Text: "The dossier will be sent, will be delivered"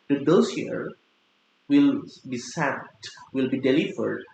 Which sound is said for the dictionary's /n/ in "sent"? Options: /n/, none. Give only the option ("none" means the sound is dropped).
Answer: none